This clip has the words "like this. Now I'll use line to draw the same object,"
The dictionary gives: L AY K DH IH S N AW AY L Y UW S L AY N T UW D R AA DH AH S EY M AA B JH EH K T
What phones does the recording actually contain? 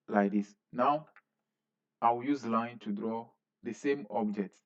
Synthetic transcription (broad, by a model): L AY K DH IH S N AW AY W Y UW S L AY N T UW D R AA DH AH S EY M AA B JH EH K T